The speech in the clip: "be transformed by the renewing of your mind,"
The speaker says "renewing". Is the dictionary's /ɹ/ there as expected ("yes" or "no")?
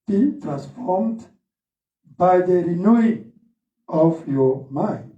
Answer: yes